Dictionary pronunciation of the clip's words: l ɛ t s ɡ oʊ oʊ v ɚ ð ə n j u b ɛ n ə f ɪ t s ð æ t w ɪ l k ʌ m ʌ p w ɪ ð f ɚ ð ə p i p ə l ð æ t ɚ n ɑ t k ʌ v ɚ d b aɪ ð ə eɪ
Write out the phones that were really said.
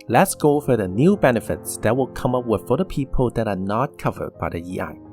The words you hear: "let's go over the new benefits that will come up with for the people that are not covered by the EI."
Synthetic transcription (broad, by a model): l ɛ t s ɡ oʊ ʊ f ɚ ð ə n j u b ɛ n ə f ɪ t s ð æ t w ɪ l k ʌ m ʌ p w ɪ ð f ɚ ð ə p i p ə l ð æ t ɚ n ɑ t k ʌ v ɚ d b aɪ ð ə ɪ